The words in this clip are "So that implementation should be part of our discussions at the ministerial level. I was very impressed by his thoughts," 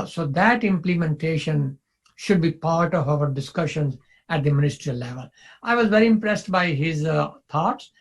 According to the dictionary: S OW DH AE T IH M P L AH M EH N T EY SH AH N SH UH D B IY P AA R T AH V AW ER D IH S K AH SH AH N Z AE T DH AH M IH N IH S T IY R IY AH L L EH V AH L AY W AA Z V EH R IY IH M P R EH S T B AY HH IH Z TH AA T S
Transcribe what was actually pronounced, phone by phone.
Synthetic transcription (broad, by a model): S OW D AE T IH M P L AH M EH N T EY SH AH N SH UH D B IY P AA R T AH V AW ER D IH S K AH SH AH N Z AE T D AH M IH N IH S T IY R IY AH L L EH V AH L AY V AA Z V EH R IY IH M P R EH S T B AY HH IH Z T AA T S